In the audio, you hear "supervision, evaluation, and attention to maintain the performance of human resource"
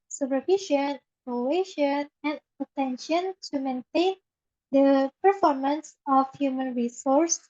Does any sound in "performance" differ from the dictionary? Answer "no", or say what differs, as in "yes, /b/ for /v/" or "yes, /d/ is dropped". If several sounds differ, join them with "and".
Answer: no